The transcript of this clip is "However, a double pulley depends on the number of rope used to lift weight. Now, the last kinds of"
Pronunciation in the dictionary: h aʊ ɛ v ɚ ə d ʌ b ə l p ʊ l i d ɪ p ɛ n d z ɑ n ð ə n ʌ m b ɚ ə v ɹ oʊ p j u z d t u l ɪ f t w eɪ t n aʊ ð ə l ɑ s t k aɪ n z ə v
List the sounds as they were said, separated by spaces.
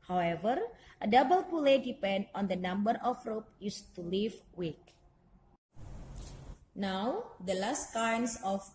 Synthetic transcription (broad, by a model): h aʊ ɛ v ɚ ə d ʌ b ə l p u l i d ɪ p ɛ n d ɑ n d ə n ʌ m b ɚ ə f ɹ oʊ p j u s t u l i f w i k n aʊ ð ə l ɑ s t k aɪ n s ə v